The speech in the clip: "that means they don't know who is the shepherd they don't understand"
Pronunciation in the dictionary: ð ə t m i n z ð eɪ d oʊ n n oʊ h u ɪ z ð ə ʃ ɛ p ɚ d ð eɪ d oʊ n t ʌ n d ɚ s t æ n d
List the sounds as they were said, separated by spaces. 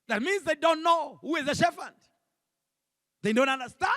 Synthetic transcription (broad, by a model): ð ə t m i n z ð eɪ d oʊ n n oʊ h u ɪ z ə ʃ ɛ f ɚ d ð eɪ d oʊ n t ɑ n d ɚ s t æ